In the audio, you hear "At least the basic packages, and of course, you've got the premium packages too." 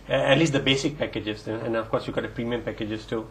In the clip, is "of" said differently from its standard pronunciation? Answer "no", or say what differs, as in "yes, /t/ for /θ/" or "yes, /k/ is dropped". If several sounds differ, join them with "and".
yes, /f/ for /v/